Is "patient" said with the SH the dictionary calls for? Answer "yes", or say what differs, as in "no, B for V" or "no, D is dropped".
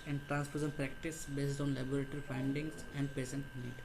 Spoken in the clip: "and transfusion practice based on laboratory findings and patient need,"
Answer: no, S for SH